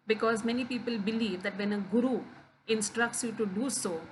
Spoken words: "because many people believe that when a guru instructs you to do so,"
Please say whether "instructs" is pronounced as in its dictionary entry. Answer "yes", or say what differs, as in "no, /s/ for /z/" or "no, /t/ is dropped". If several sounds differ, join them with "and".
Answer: yes